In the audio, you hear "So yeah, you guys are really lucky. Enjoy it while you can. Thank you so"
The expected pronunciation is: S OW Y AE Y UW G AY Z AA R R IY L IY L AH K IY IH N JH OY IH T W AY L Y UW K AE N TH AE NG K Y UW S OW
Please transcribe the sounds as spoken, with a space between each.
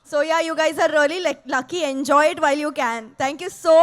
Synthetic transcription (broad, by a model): S OW Y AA Y UW G AY Z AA R L IY L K L AH K IY IH N JH OY IH T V AY L Y UW K AE N T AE NG K Y UW S OW